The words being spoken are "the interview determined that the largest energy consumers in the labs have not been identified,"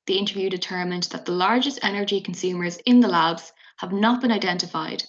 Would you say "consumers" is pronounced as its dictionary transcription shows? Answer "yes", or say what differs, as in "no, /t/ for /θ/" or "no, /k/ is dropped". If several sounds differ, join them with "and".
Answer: yes